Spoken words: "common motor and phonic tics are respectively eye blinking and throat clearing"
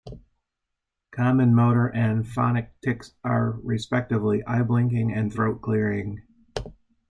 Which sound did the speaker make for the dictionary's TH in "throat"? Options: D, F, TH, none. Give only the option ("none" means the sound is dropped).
TH